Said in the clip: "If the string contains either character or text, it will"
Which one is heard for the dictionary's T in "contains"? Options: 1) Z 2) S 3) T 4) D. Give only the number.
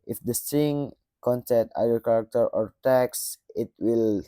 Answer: 2